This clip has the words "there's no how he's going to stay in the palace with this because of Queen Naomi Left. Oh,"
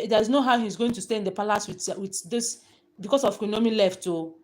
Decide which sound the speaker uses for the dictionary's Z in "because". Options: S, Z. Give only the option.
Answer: S